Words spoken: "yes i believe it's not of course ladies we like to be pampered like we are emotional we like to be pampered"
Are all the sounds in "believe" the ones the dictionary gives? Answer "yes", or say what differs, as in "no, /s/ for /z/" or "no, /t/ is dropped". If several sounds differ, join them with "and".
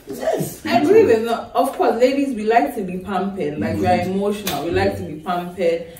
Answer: no, /w/ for /v/